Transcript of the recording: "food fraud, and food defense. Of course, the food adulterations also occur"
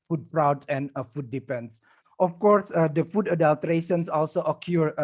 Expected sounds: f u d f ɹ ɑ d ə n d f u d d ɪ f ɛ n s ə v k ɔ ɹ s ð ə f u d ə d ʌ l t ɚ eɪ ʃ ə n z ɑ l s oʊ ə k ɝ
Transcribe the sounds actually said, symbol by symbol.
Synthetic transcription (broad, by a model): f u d p ɹ ɑ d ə n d f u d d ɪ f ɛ n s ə f k ɔ ɹ s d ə f u d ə d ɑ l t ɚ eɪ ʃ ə n s ɑ l s oʊ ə k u